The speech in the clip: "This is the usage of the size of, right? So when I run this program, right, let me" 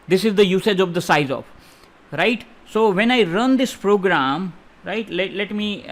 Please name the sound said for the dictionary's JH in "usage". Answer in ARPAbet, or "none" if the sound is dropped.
JH